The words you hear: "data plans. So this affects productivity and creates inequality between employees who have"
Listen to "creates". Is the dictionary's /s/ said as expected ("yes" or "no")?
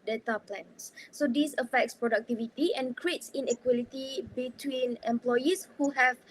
yes